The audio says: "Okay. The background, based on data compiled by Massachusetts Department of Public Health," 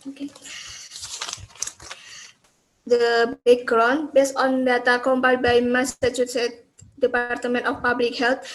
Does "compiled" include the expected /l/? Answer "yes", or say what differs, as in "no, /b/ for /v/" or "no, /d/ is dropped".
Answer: no, /l/ is dropped